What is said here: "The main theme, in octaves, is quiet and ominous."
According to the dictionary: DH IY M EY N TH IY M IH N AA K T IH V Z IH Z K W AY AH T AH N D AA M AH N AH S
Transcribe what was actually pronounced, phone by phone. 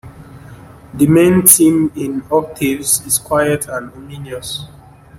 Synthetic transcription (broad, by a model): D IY M EY N T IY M IH N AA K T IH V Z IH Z K W AY AH T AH N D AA M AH N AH S